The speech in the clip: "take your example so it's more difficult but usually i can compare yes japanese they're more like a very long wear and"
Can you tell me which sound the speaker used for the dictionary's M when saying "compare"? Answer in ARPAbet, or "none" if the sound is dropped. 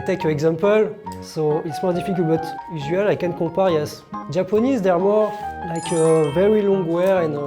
none